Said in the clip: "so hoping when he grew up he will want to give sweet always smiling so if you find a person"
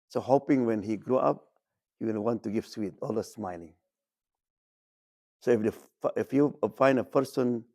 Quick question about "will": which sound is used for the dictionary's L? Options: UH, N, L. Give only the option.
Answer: N